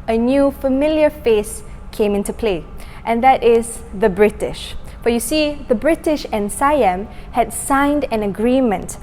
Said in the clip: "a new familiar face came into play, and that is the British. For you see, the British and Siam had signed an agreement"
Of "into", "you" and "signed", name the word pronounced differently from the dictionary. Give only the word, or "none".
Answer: none